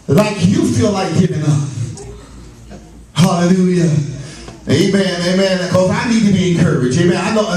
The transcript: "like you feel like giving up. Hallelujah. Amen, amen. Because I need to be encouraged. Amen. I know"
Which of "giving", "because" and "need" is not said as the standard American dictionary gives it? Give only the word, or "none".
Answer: because